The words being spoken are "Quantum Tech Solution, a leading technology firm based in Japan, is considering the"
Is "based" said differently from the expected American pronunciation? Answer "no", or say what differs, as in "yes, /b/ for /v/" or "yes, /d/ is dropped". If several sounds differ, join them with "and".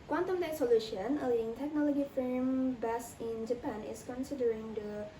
yes, /t/ is dropped